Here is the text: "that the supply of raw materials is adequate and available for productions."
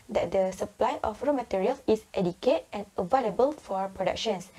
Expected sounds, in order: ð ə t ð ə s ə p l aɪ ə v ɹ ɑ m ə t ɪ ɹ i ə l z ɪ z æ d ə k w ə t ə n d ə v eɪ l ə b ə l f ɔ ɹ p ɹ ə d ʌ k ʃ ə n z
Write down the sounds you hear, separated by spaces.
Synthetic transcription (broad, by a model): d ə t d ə s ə p l aɪ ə f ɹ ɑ m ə t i ɹ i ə l s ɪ s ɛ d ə k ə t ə n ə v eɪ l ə b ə l f ɔ ɹ p ɹ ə d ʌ k ʃ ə n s